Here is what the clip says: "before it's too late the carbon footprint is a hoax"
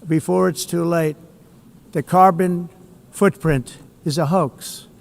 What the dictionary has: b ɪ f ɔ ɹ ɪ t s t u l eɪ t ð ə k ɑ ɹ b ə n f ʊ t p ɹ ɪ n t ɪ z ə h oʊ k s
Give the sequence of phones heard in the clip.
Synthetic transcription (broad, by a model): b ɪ f ɔ ɹ ɪ t s t u l eɪ t ð ə k ɑ ɹ b ə n f ʊ t p ɹ ɪ n t ɪ z ə h oʊ k s